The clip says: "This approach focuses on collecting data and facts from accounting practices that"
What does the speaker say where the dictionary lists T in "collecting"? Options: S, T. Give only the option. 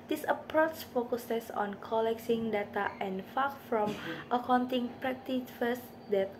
S